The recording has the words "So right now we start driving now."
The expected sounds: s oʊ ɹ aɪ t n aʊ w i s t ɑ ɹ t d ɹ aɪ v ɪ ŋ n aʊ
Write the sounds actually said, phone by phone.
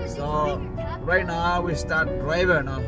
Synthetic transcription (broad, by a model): s oʊ ɹ aɪ t n aʊ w i s t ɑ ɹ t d ɹ aɪ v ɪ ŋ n